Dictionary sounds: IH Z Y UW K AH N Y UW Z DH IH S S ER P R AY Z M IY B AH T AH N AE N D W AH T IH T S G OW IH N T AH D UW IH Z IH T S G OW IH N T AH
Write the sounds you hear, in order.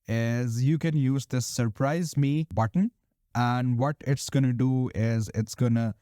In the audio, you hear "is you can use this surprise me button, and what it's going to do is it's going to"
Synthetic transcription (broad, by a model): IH Z Y UW K AH N Y UW Z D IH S S ER P R AY Z M IY B AH T AH N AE N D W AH T IH T S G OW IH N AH D UW IH Z IH T S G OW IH N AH